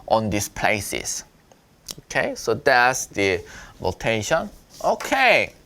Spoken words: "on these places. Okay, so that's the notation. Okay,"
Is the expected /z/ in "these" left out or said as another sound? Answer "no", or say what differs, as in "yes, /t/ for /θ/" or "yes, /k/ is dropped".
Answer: yes, /s/ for /z/